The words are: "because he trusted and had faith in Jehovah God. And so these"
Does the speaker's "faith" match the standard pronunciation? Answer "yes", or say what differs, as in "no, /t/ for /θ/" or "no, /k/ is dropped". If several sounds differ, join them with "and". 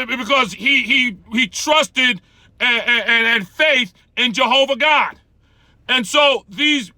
yes